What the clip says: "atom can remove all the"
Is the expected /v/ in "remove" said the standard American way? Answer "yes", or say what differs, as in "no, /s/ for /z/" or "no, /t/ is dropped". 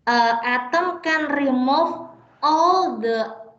no, /f/ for /v/